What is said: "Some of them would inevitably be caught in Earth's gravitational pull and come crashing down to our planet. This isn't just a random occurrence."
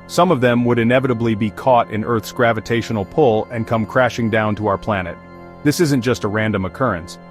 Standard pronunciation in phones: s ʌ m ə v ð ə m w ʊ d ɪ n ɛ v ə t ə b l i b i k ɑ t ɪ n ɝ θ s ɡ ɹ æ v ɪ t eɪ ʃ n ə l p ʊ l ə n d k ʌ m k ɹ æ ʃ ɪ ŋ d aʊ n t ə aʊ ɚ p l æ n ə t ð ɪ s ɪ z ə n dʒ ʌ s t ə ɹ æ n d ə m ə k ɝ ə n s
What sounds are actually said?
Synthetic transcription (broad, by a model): s ʌ m ə v ð ə m w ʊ d ɪ n ɛ v ə t ə b l i b i k ɑ t ɪ n ɝ θ s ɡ ɹ æ v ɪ t eɪ ʃ n l p ʊ l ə n k ʌ m k ɹ æ ʃ ɪ ŋ d aʊ n t ə aʊ ɚ p l æ n ə t ð ɪ s ɪ z ə n dʒ ʌ s t ə ɹ æ n d ə m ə k ɝ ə n s